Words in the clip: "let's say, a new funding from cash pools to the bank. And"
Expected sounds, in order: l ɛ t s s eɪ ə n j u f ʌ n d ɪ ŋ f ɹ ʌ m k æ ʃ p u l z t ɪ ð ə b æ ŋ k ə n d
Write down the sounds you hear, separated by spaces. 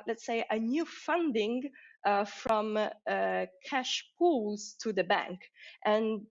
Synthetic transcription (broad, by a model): l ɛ t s s eɪ ə n j u f ʌ n d ɪ ŋ f ɹ ʌ m k æ ʃ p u l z t ɪ ð ə b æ ŋ k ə n